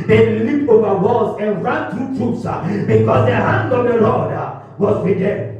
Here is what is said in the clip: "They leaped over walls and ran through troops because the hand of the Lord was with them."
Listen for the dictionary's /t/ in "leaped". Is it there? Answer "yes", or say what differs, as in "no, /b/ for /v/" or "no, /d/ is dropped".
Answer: no, /t/ is dropped